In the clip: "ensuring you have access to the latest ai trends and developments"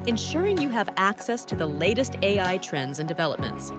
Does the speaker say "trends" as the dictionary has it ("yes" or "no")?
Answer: yes